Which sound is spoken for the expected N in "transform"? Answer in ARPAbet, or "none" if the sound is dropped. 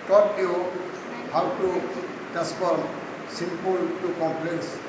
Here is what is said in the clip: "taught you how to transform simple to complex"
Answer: none